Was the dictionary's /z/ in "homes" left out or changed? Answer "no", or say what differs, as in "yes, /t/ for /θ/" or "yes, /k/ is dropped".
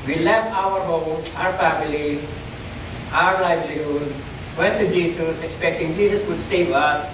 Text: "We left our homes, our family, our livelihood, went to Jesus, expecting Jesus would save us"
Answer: yes, /z/ is dropped